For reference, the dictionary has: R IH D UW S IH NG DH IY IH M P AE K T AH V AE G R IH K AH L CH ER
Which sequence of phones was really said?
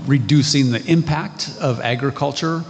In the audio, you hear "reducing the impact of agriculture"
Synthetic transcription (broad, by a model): R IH D UW S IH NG DH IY IH M P AE K T AH V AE G R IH K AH L CH ER